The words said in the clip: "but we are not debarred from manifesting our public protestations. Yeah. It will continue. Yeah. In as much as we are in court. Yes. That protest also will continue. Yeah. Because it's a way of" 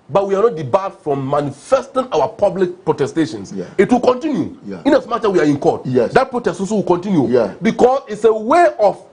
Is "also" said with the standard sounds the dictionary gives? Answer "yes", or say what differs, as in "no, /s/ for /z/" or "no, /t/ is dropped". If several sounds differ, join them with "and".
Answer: no, /l/ is dropped